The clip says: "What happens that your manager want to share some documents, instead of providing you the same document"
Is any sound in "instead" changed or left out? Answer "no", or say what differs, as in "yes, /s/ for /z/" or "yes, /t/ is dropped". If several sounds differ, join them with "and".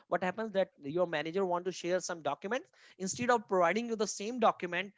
no